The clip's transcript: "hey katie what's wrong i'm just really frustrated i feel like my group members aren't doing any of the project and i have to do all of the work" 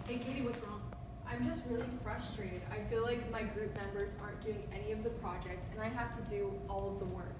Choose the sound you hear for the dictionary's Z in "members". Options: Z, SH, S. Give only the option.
Z